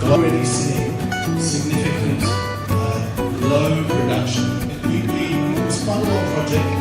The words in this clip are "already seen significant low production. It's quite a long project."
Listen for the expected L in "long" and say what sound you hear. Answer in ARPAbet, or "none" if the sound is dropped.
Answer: N